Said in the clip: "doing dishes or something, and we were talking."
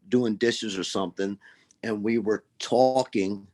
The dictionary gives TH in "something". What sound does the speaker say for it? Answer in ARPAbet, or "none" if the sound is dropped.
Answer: TH